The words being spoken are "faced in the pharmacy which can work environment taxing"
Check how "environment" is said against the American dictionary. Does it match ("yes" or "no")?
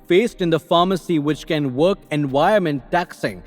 no